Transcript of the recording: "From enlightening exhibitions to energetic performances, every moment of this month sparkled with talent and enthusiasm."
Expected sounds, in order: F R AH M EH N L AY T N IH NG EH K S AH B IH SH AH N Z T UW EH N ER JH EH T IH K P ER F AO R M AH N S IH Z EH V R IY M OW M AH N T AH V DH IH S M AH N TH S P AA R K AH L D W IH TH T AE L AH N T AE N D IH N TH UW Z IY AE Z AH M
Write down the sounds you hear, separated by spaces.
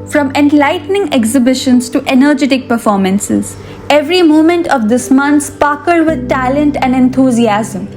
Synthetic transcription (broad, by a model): F R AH M EH N L AY T N IH NG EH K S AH B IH SH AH N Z T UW EH N ER JH EH T IH K P ER F AO R M AH N S IH Z EH V R IY M OW M AH N T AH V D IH S M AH N T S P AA K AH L D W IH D T AE L AH N T AE N D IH N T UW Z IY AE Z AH M